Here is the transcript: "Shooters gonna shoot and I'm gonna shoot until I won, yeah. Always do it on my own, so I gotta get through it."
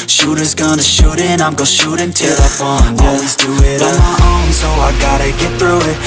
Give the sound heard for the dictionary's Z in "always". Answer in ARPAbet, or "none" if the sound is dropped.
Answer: Z